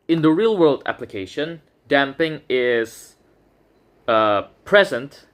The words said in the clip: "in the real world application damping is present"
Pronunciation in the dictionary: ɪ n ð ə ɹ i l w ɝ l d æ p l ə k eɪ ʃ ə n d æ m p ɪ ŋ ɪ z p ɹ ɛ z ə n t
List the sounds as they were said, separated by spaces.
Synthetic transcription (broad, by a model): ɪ n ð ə ɹ i l w ɝ l d æ p l ə k eɪ ʃ ə n d æ m p ɪ ŋ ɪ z p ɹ ɛ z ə n t